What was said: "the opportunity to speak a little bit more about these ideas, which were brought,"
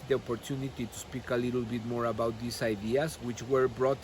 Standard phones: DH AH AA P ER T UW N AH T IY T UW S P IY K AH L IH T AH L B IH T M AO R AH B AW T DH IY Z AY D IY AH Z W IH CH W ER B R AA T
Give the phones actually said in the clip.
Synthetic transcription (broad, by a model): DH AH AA P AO T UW N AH T IY T UW S P IY K AH L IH T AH L B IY T M AO R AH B AW T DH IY S AY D IY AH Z W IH CH W ER B R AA T